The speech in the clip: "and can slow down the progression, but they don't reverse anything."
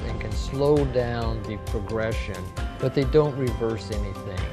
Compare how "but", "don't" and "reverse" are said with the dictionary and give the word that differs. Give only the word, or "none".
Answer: none